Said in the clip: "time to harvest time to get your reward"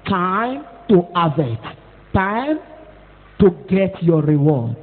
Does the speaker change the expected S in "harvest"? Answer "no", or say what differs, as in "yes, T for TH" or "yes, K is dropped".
yes, S is dropped